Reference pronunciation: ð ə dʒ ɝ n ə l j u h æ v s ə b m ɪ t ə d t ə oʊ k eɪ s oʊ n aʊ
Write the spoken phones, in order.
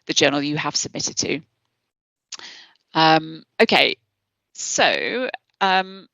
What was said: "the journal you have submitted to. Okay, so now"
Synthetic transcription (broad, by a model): ð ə dʒ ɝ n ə l j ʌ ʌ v s ə b m ɪ t ə d t ə oʊ k eɪ s oʊ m